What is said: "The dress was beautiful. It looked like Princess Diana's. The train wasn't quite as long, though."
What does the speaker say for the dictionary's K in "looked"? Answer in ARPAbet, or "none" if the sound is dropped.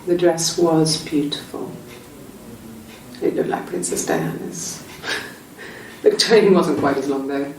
K